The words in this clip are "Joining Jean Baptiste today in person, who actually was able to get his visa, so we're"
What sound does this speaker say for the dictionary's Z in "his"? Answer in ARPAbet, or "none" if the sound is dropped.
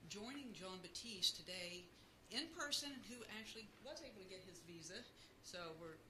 Z